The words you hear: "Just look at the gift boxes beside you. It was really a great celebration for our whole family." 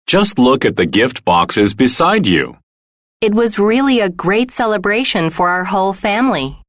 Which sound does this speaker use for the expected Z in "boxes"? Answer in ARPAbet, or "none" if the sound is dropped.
Z